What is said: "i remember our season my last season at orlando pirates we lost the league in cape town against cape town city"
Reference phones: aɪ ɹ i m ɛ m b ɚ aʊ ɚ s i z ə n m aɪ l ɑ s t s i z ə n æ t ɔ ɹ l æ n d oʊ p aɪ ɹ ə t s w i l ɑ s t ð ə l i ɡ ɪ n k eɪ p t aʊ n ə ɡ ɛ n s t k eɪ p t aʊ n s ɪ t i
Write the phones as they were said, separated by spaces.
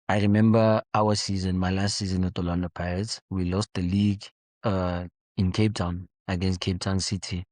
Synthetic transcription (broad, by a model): aɪ ɹ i m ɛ m b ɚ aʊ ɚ s i z ə n m aɪ l ɑ s t s i z ə n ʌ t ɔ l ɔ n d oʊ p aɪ ə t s w i l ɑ s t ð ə l i ɡ ɪ n k eɪ p t aʊ n ə ɡ ɛ n s t k eɪ p t aʊ n s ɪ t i